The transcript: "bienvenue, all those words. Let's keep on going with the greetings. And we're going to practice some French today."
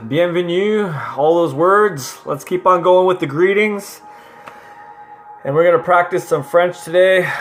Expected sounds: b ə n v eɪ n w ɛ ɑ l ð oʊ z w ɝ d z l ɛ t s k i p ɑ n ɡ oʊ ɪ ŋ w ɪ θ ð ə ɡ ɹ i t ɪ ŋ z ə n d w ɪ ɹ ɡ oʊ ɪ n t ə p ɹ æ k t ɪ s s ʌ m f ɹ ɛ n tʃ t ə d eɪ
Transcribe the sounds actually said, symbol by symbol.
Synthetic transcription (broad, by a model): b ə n v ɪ n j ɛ ɑ l ð oʊ z w ɝ d z l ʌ t s k i p n ɡ oʊ ɪ ŋ w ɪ ð ə ɡ ɹ i t ɪ ŋ z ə n w ɪ ɹ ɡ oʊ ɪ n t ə p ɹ æ k t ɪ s s ʌ m f ɹ ɛ n tʃ t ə d eɪ